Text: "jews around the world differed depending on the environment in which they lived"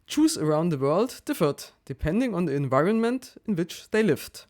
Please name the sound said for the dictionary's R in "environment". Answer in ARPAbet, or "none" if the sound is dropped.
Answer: R